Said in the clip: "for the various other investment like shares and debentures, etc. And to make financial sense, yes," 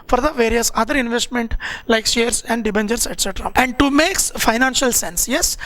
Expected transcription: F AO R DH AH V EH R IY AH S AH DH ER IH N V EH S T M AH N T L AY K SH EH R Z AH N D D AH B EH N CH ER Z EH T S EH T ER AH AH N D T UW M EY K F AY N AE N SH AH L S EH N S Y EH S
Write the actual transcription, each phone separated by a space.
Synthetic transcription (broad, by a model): F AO R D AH V EH R IY AH S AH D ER IH N V EH S T M AH N T L AY K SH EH R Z AH N D D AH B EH N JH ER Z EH T S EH T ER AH AH N D T UW M EY K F AY N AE N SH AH L S EH N S Y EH S